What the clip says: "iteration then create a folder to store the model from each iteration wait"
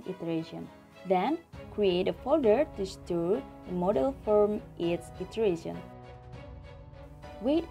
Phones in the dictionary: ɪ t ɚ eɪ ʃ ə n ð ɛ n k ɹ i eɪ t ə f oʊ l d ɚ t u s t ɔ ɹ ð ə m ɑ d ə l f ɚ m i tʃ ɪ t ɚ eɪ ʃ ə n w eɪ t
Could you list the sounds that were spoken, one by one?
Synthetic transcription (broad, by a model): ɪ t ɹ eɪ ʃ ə n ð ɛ n k ɹ i eɪ t ə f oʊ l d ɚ t u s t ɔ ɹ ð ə m ɑ d ə l f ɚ m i s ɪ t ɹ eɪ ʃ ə n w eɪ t